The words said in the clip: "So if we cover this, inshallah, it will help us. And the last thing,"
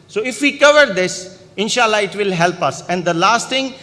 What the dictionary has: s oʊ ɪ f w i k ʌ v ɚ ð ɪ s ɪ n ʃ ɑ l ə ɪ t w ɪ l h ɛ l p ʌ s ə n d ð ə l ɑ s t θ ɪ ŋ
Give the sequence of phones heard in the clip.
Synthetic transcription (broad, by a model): s oʊ ɪ f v i k ʌ v ɚ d ɪ s ɪ n ʃ ɑ l ə ɪ t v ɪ l h ɛ l p ʌ s ə n d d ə l ɑ s t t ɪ ŋ